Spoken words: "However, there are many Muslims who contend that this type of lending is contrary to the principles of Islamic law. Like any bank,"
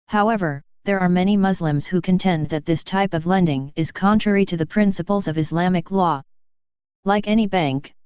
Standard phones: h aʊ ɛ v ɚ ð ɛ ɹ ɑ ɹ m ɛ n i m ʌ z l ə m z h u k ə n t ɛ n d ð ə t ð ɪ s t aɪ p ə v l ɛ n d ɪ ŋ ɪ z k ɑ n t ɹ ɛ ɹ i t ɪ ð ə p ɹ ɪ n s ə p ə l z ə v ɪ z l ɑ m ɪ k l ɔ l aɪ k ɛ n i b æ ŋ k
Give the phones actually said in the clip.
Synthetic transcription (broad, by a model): h aʊ ɛ v ɚ ð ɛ ɹ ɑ ɹ m ɛ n i m ʌ z l ə m z h u k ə n t ɛ n ð ə t ð ɪ s t aɪ p ə v l ɛ n d ɪ ŋ ɪ z k ɑ n t ɹ ɛ ɹ i t ɪ ð ə p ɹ ɪ n s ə p l z ə v ɪ z l ɑ m ɪ k l ɔ l aɪ k ɛ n i b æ ŋ k